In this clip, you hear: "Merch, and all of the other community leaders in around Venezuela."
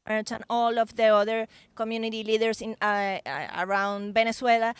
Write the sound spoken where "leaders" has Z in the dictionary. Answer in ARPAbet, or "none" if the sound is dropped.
S